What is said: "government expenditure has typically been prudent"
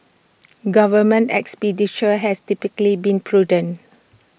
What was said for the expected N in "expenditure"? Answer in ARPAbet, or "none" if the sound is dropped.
none